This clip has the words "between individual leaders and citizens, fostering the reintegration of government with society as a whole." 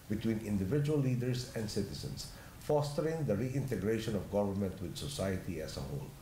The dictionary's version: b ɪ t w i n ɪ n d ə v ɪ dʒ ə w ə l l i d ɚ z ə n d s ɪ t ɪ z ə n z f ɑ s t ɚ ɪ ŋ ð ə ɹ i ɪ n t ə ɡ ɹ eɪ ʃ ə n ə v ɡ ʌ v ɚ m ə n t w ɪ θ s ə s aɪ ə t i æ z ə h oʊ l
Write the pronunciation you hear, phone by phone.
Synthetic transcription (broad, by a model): b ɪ t w i n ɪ n d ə v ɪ dʒ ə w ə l l i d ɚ s ə n d s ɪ t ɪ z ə n s f ɑ s t ɚ ɪ ŋ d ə ɹ i ɪ n t ə ɡ ɹ eɪ ʃ ə n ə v ɡ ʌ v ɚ m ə n t w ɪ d s ə s aɪ ə t i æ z ə h oʊ l